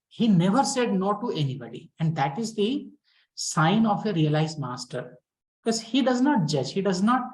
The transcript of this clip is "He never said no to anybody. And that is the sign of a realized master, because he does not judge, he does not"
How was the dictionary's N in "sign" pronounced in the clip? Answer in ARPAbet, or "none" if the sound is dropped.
N